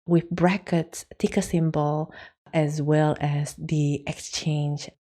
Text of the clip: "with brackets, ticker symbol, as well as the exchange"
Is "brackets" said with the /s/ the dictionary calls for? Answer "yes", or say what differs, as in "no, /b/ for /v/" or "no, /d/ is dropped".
yes